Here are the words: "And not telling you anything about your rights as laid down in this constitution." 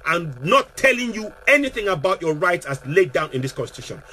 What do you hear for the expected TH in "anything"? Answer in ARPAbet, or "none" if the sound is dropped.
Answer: TH